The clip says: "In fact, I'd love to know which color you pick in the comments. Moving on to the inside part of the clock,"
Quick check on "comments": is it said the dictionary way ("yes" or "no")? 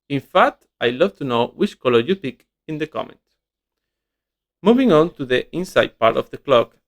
no